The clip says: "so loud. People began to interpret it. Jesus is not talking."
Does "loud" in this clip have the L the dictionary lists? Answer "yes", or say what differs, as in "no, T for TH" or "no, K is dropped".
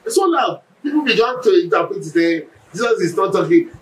no, N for L